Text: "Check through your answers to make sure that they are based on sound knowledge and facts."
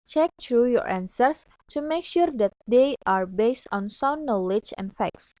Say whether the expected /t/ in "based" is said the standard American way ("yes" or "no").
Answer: yes